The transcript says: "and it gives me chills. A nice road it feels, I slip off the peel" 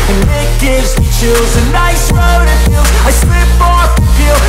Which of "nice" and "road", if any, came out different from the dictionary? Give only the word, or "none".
none